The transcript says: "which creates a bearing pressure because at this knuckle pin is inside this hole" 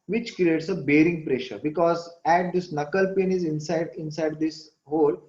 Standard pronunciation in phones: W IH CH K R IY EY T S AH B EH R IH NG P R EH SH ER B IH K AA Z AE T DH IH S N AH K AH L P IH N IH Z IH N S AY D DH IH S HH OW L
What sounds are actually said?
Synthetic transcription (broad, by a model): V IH CH K R IY EY T S AH B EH R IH NG P R EH SH ER B IH K AA Z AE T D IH S N AH K AH L P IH N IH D IH N S AY D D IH S HH OW L